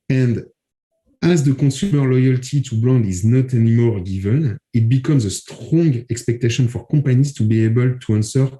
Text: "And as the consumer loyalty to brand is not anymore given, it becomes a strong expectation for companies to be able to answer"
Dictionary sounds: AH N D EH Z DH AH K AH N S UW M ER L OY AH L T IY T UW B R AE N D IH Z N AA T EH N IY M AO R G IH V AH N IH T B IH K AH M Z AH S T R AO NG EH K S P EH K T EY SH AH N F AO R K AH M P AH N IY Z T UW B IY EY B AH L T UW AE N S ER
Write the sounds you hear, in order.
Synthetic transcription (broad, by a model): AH N D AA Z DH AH K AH S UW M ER L OY AH L T IY T UW B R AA N D IH Z N AA T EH N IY M AO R G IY V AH N IH T B IH K AH M Z AH S T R AO NG EH K S P EH K T EY SH AH N F AO R K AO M P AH N IY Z T UW B IY EY B AH L T UW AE N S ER